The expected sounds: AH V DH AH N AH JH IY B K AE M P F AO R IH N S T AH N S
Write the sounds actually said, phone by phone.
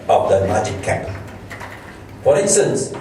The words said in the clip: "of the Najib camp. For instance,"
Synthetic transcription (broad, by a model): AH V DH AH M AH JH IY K K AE P F AO R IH N S T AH N S